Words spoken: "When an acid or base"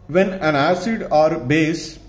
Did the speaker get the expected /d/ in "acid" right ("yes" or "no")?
yes